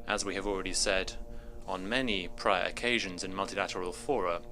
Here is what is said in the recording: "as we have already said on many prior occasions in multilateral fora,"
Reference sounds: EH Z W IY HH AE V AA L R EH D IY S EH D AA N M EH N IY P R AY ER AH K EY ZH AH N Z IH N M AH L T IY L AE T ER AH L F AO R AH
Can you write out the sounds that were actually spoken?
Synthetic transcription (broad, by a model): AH Z W IY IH V AA L R EH D IY S EH D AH N M EH N IY P R AY ER AH K EY ZH AH N Z IH N M AH L T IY L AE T ER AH L F AO R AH